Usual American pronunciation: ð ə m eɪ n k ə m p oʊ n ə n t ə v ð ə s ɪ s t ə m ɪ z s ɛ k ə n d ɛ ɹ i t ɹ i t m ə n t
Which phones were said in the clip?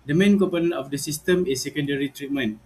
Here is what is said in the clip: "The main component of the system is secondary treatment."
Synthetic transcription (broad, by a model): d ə m eɪ n k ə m p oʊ n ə n ə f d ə s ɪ s t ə m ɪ s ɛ k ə n d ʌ ɹ i t ɹ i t m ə n